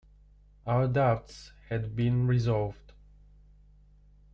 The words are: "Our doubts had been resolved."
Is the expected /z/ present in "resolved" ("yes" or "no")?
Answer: yes